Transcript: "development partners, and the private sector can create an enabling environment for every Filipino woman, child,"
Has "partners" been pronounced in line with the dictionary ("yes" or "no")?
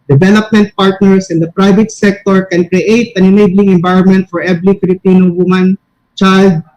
no